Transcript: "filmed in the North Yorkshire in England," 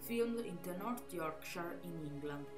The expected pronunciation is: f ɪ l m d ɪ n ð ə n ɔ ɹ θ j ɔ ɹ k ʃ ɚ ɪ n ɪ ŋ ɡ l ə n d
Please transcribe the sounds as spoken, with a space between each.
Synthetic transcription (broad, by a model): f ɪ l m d ɪ n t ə n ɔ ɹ t j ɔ ɹ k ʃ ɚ ɪ n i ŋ ɡ l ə n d